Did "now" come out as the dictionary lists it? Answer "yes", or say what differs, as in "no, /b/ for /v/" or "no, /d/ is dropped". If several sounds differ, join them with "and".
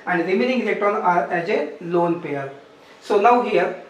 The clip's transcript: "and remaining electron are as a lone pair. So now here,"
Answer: no, /l/ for /n/